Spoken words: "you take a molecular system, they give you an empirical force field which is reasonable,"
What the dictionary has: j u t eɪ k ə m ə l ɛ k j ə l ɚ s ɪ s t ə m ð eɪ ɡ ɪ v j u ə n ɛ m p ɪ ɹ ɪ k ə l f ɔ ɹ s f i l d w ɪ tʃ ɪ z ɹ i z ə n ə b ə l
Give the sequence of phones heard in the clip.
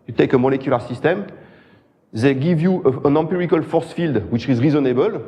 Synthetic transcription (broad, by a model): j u t eɪ k ə m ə l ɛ k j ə l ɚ s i s t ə m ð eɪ ɡ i v j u ə n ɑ m p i ɹ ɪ k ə l f ɔ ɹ s f i l d w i tʃ ɪ z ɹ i z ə n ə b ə l